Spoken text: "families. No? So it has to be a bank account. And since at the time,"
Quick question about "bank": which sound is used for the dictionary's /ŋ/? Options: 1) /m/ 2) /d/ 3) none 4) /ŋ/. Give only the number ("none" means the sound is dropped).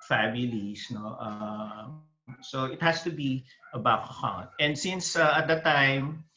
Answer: 3